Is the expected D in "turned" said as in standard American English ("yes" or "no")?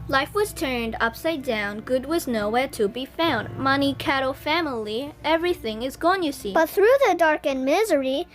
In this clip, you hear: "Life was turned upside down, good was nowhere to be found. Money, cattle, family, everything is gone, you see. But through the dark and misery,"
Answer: yes